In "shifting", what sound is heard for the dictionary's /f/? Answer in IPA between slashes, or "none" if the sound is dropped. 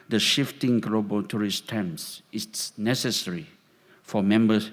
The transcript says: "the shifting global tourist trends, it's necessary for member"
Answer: /f/